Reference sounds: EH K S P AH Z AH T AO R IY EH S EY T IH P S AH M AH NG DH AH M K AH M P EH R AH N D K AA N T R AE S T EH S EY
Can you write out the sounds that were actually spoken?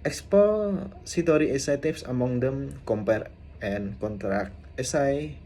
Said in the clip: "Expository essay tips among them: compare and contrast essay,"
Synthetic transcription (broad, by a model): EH K S P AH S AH T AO R IY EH S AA T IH F S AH M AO NG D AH M K AH M P EH R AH N K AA N T R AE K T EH S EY